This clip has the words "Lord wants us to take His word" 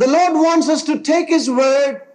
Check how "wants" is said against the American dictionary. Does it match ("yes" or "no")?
yes